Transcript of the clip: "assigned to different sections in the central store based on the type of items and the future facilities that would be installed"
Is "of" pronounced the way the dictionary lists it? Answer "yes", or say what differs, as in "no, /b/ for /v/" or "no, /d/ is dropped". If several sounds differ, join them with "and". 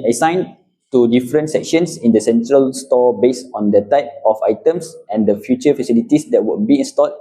no, /f/ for /v/